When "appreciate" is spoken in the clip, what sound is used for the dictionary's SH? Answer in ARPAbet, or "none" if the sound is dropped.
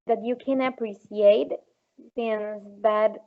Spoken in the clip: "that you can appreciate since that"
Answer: S